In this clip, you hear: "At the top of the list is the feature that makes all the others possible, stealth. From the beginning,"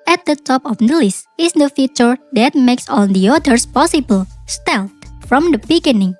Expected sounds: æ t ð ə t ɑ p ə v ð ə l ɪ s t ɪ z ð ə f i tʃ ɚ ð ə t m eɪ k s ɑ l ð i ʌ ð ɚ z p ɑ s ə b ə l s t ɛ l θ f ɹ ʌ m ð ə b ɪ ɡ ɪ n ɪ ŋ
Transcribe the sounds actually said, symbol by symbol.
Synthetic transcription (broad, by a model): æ t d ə t ɑ p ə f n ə l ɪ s ɪ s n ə f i tʃ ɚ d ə t m eɪ k s ɑ l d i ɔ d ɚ s p ɑ s ə b ə l s t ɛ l t f ɹ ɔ m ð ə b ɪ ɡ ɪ n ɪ ŋ